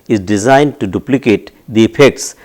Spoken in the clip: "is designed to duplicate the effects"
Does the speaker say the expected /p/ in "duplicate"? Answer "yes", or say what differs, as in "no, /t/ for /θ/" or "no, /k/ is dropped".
yes